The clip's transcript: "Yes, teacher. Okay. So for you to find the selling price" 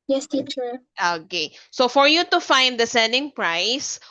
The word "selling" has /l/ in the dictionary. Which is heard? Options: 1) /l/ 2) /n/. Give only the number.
2